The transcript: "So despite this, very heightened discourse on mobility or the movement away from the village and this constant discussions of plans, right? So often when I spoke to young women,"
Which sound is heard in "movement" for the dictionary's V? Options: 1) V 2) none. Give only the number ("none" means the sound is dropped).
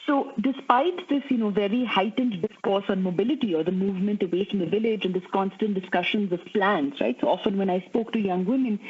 1